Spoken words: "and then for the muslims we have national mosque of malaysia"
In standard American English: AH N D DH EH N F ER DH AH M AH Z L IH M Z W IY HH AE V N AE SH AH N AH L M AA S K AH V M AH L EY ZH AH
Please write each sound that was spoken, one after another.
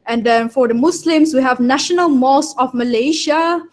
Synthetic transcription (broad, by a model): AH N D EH N F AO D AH M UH S L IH M S W IY HH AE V N AE SH AH N AH L M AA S AH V M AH L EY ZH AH